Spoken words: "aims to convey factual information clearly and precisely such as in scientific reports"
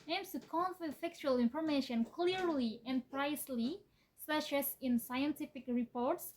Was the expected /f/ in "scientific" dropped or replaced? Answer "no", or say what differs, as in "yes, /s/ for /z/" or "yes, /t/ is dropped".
no